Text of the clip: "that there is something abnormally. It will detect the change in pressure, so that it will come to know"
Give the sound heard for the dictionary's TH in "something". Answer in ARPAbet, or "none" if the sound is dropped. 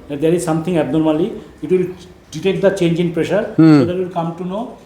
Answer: T